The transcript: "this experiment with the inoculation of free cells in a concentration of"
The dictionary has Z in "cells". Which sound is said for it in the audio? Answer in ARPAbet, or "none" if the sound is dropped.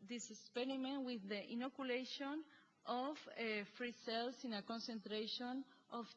S